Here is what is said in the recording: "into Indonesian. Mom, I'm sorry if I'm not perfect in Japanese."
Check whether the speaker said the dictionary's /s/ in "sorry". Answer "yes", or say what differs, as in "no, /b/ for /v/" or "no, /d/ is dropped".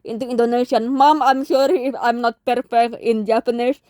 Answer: no, /ʃ/ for /s/